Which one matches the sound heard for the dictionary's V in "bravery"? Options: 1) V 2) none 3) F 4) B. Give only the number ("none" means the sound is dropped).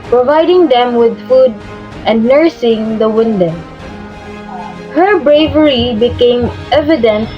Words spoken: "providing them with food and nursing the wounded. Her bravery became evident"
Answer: 1